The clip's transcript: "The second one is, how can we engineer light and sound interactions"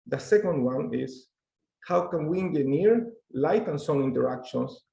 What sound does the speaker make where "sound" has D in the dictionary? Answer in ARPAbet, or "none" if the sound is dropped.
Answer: none